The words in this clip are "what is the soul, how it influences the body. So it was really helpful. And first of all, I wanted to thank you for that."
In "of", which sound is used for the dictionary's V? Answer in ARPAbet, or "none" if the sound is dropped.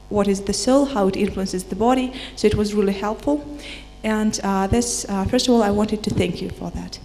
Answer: V